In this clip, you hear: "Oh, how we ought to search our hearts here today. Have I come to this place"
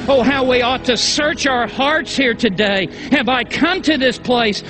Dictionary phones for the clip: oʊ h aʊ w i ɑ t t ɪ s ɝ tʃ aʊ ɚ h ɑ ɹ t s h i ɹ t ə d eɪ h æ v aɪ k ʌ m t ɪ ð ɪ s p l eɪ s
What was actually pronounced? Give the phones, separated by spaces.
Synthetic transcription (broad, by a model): oʊ h aʊ w i ɑ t t ɪ s ɝ tʃ aʊ ɚ h ɑ ɹ t s h i ɹ t ə d eɪ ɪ v aɪ k ʌ m t ɪ ð ɪ s p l eɪ s